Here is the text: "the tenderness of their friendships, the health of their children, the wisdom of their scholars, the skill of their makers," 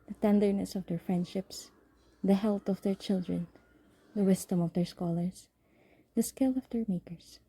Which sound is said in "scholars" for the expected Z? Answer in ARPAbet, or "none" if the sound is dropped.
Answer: S